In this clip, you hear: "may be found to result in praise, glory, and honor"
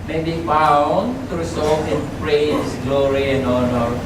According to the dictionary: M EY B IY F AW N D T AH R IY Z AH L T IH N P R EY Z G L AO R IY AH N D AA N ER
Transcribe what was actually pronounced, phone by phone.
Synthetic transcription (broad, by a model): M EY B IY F AW N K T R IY S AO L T IH N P R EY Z G L AO R IY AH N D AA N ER